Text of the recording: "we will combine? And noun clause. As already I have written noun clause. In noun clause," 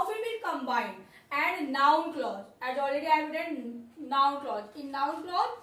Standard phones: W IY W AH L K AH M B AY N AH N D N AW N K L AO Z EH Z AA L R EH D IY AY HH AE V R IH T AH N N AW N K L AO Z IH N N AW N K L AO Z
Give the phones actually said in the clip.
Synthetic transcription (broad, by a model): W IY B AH N K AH M B AY N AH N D N AW N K L AO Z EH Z AA L R EH D IY AY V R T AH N N AW N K L AO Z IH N N AW N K L AO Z